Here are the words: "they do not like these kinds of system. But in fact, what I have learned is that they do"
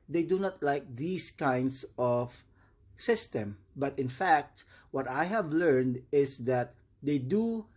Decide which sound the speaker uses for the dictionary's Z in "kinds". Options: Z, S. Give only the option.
S